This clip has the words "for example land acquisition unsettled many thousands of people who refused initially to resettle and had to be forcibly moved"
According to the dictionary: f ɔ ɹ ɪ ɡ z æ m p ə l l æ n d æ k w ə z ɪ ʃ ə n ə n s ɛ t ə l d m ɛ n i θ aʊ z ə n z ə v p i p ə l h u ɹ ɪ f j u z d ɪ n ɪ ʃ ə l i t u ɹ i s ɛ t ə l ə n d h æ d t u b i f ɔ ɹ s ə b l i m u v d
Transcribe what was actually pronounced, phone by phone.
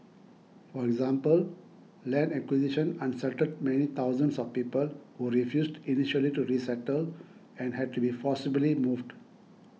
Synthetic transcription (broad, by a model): f ɔ ɹ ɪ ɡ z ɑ m p ə l l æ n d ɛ k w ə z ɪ ʃ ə n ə n s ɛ t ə d m ɛ n i t aʊ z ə n s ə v p i p ə l h u ɹ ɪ f j u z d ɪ n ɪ ʃ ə l i t u ɹ i s ɛ t ə l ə n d h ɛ d t u b i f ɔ s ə b l i m u v d